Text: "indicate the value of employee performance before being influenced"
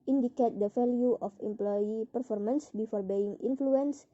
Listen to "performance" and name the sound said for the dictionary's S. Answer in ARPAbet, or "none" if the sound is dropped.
S